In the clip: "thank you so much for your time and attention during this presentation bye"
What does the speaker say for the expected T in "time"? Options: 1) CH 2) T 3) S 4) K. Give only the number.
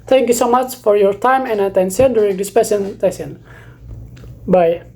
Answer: 2